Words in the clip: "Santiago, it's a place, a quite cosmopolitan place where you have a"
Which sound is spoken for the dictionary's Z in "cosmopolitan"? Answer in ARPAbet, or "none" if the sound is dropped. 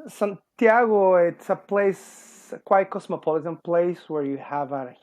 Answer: S